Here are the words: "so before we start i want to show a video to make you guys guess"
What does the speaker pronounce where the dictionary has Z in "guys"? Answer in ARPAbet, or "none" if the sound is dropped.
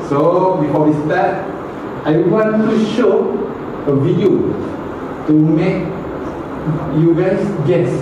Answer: S